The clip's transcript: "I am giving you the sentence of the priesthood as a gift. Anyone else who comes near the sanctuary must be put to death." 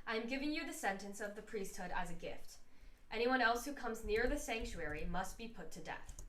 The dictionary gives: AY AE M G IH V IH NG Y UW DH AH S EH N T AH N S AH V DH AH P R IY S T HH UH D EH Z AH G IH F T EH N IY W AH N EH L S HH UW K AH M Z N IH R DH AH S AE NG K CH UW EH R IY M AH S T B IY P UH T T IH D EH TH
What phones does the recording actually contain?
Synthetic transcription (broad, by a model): AY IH M G IH V IH NG Y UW DH AH S EH N T AH N S AH V DH AH P R IY S T HH UH D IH Z AH G IH F T EH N IY W AH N EH L S HH UW K AH M Z N IH R DH AH S AE NG K CH UW EH R IY M AH S T B IY P UH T T IH D EH TH